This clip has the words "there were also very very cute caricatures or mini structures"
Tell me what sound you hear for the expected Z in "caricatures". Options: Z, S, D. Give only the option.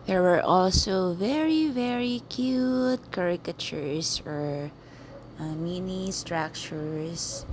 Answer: S